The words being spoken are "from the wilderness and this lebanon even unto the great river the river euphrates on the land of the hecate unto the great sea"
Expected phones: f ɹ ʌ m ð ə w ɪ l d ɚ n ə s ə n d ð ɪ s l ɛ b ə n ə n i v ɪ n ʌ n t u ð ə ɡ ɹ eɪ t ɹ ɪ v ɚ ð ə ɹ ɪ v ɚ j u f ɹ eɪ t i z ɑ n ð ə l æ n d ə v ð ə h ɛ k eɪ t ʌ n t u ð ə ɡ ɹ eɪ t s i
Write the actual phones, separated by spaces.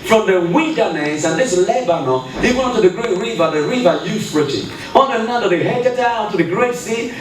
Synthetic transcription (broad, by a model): f ɹ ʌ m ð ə w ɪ n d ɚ n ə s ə n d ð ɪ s l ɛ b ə n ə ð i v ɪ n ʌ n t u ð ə ɡ ɹ eɪ t ɹ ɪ v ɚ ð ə ɹ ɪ v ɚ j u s ɹ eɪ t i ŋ ɑ n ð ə n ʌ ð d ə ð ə h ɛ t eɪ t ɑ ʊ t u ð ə ɡ ɹ eɪ t s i